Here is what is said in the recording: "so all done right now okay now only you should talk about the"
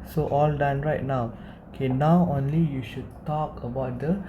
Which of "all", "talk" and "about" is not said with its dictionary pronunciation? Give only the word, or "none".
none